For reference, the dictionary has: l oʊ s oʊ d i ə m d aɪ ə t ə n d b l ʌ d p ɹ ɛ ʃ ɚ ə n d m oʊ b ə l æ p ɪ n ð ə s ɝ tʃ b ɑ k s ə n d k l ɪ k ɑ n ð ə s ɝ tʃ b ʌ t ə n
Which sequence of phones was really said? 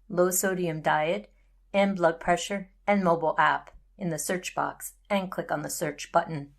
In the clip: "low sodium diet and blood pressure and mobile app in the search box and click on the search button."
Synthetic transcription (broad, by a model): l oʊ s oʊ d i ə m d aɪ ə t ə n b l ʌ d p ɹ ɛ ʃ ɚ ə n m oʊ b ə l æ p ɪ n ð ə s ɝ tʃ b ɑ k s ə n k l ɪ k n ð ə s ɝ tʃ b ʌ t n